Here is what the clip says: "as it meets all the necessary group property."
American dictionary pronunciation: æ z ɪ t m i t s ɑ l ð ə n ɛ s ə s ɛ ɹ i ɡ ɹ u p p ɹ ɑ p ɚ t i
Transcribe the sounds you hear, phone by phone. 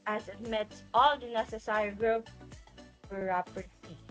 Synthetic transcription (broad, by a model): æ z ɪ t m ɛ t ɑ l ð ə n ɛ s ə s ɛ ɹ i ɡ ɹ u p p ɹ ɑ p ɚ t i